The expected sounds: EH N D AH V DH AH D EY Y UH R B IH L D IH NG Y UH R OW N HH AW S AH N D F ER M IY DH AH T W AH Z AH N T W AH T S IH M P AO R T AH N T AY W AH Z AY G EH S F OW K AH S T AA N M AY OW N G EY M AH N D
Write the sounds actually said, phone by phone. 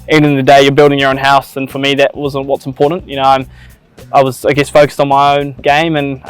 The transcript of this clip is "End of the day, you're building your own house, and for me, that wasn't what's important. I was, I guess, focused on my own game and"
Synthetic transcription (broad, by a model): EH N D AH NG DH AH D EY Y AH R B IH L D IH NG Y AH R OW N HH AW S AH N F ER M IY DH AH T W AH Z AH N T W AH T S M P AO R T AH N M AY W AH Z AY G EH S F OW K AH S T N M AY OW N G EY M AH N